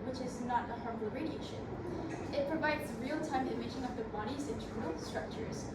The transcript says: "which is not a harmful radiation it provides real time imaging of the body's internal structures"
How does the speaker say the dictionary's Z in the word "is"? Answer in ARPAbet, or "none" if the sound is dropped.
Z